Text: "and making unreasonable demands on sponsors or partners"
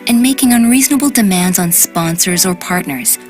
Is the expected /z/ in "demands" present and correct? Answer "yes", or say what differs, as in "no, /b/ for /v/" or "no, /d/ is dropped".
yes